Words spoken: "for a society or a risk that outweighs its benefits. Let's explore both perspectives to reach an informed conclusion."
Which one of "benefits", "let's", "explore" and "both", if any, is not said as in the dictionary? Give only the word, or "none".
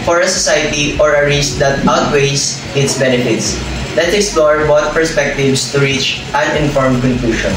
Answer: both